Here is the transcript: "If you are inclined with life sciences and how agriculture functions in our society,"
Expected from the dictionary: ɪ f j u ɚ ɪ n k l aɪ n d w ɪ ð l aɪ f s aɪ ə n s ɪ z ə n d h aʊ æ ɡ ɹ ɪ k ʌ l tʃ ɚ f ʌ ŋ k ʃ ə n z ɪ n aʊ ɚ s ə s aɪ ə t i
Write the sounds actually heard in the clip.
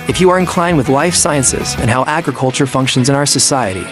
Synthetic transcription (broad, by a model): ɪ f j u ɚ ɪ n k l aɪ n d w ɪ ð l aɪ f s aɪ ə n s ɪ z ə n h aʊ æ ɡ ɹ ɪ k ʌ l tʃ ɚ f ʌ ŋ k ʃ ə n z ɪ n aʊ ɚ s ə s aɪ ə t i